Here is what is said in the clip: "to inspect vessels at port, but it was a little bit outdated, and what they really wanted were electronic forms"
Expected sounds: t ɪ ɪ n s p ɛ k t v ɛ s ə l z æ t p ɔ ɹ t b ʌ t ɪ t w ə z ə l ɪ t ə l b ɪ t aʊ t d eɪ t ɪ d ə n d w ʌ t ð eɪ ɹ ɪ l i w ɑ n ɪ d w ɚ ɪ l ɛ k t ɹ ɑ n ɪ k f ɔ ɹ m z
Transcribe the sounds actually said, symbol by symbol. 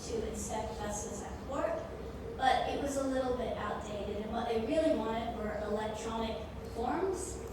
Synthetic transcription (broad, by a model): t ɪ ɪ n s ɛ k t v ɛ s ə z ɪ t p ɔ ɹ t b ʌ t ɪ t w ə z ə l ɪ t l b ɪ t aʊ t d eɪ t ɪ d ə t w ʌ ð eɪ ɹ ɪ l i w ɑ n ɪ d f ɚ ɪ l ɛ k t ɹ ɑ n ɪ k f ɔ ɹ m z